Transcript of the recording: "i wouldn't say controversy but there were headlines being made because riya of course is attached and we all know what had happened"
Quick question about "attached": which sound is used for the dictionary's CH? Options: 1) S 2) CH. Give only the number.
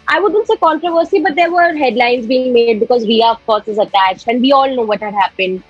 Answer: 2